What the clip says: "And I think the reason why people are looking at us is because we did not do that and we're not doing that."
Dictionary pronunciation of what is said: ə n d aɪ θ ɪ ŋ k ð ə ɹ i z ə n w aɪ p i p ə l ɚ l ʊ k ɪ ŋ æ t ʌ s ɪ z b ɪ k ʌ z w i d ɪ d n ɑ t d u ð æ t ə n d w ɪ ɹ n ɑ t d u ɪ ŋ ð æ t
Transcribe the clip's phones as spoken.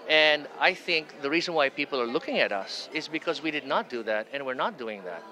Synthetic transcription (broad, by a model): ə n d aɪ θ ɪ ŋ k ð ə ɹ i z ə n w aɪ p i p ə l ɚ l ʊ k ɪ ŋ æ t ʌ s ɪ z b ɪ k ʌ z w i d ɪ d n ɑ t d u ð æ t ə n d w ɪ ɹ n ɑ t d u ɪ ŋ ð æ t